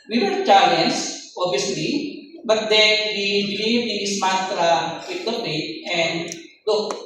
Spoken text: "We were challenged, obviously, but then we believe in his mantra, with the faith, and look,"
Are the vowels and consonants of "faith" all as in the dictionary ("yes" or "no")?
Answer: no